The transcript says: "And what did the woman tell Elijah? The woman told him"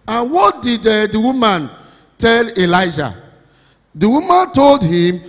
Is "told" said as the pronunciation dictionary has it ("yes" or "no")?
yes